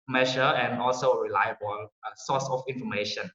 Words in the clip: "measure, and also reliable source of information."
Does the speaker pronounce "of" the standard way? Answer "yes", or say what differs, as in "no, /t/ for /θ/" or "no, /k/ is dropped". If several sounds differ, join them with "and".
no, /f/ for /v/